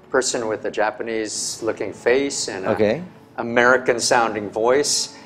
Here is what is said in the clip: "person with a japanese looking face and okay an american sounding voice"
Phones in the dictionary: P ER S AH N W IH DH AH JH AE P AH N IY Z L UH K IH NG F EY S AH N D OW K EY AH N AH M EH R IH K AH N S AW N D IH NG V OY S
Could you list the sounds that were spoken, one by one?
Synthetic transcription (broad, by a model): P ER S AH N W IH DH AH JH AE P AH N IY Z L UH K IH NG F EY S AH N OW K EY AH AH M EH R IH K AH N S AW N D IH NG V OY S